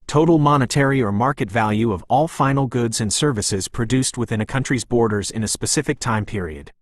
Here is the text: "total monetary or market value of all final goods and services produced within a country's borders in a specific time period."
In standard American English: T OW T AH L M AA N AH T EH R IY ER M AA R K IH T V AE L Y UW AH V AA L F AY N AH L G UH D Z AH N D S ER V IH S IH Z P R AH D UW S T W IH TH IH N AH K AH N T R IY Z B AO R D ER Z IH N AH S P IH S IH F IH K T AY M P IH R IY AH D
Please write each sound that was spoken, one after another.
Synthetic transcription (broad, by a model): T OW T L M AA N AH T EH R IY ER M AA R K IH T V AE L Y UW AH V AA L F AY N L G UH D Z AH N S ER V IH S IH Z P R AH D UW S T W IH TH IH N AH K AH N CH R IY Z B AO R D ER Z IH N AH S P IH S IH F IH K T AY M P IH R IY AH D